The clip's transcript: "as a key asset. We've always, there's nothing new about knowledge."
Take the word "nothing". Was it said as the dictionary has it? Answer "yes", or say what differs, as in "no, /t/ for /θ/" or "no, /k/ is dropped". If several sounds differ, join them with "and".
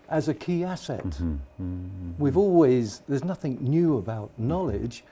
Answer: yes